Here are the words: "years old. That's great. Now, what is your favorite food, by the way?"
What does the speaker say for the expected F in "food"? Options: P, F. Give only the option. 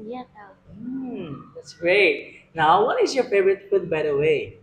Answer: P